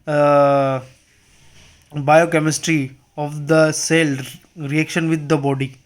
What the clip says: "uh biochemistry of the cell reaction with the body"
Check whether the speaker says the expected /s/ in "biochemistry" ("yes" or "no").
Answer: yes